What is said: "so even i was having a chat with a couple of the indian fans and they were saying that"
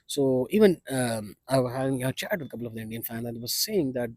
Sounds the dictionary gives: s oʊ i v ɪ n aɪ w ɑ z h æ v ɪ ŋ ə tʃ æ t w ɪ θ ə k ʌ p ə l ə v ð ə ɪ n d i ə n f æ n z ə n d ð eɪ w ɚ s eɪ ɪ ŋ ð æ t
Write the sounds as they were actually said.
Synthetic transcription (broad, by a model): s oʊ i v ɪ n aɪ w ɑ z h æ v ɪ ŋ ə tʃ æ t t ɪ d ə k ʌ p l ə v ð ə ɪ n d i ə n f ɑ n ə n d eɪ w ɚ s eɪ ɪ ŋ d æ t